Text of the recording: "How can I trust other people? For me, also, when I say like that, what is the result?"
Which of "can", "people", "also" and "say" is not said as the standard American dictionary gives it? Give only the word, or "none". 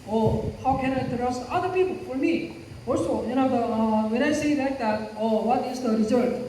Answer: also